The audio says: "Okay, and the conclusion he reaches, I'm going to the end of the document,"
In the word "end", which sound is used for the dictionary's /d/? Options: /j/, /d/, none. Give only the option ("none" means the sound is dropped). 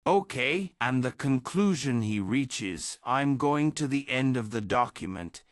/d/